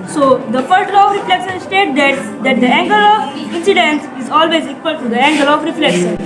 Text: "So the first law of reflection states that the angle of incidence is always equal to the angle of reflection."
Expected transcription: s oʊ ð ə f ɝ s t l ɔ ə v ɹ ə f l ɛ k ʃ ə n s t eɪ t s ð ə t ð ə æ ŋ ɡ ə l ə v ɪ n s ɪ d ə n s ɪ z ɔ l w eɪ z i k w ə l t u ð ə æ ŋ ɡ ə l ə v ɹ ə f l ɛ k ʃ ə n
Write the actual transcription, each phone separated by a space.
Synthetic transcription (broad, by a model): s oʊ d ə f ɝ t l ɔ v ɹ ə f l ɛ k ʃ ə n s t eɪ t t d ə t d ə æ ŋ ɡ ə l ə v ɪ n s ɪ d ə n s ɪ z ɔ l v eɪ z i k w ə l t u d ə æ ŋ ɡ ə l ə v ɹ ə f l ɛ k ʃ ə n